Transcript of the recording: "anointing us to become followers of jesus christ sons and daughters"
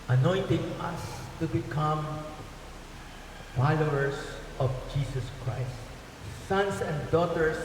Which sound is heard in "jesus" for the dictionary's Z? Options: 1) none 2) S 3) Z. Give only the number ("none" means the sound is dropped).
2